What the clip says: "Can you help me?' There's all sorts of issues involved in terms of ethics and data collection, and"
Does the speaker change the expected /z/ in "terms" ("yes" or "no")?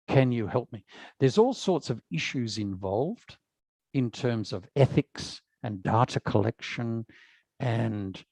no